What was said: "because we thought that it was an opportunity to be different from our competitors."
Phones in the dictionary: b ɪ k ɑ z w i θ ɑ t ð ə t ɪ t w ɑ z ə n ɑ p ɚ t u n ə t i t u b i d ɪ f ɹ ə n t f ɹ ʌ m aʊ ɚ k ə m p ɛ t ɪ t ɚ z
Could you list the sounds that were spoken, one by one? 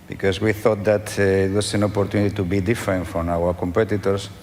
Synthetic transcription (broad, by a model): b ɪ k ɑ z w i θ ɑ t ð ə t ɪ t w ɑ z ə n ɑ p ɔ t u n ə t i t u b i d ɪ f ɹ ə n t f ɹ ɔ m aʊ ɚ k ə m p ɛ t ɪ t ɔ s